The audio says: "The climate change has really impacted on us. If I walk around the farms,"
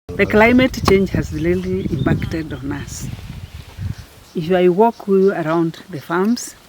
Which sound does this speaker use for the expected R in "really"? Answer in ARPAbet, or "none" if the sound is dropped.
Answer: L